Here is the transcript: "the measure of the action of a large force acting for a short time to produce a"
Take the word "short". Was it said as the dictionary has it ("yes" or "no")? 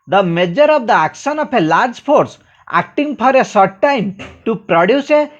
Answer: no